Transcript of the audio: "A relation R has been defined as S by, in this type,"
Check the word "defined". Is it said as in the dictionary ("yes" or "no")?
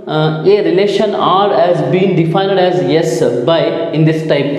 yes